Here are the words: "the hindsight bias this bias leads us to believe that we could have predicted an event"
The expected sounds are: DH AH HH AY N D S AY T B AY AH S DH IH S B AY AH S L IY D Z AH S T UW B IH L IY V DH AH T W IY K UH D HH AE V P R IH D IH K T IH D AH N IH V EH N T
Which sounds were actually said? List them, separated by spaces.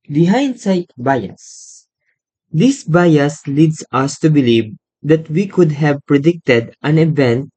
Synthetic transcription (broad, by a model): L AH HH AY N D S AY T B AY AH S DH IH S B AY AH S L IY D S AH S T UW B IH L IY V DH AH T W IY K UH D HH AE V P R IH D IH K T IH D AH N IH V EH N T